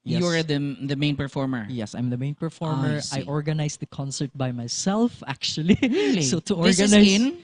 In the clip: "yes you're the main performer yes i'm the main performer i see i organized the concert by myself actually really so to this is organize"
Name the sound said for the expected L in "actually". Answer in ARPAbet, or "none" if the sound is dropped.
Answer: none